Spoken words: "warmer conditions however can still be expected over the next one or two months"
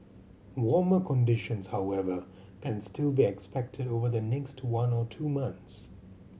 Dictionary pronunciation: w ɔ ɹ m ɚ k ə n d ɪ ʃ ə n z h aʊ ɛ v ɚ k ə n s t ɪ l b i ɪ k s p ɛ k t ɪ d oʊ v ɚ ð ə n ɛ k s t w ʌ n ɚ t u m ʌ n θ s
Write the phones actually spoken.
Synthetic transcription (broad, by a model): w ɔ ɹ m ɚ k ə n d ɪ ʃ ə n z h aʊ ɛ v ɚ k ə n s t ɪ l b i ɪ k s p ɛ k t ɪ d oʊ v ɚ ð ə n ɛ k s t w ʌ n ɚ t u m ʌ n θ s